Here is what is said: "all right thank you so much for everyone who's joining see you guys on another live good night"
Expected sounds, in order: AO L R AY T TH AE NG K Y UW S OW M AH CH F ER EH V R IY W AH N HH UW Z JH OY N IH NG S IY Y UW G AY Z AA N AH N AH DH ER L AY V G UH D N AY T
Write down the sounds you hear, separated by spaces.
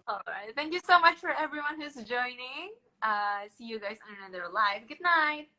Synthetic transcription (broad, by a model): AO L R AY T TH AE NG K Y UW S OW M AH CH F ER EH V R IY W AH N HH UW Z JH OY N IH NG S IY Y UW G AY Z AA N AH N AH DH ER L AY V G UH D N AY T